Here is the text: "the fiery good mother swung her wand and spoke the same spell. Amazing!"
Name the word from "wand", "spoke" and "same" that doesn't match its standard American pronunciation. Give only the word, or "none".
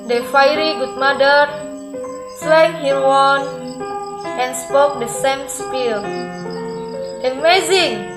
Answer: wand